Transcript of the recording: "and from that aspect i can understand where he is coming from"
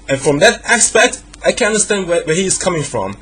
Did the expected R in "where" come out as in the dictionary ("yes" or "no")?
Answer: no